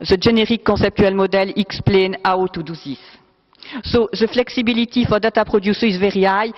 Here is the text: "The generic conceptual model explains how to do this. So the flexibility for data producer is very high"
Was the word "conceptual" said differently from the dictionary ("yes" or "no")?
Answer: yes